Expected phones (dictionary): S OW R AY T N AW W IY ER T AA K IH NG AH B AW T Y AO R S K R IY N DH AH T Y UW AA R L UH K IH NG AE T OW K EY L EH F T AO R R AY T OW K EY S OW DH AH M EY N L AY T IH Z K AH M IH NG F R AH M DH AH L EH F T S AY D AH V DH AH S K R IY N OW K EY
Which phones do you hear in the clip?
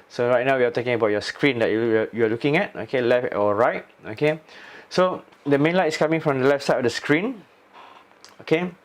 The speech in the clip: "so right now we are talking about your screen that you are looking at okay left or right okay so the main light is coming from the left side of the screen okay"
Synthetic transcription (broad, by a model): S OW R AY T N AW W IY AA T AA K IH NG AH B AW T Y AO S K R IY N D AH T Y UW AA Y L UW K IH NG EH T OW K EY L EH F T AO L R AY T OW K EY S OW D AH M EY N L AY T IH S K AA M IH NG F R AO M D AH L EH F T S AY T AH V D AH S K R IY N OW K EY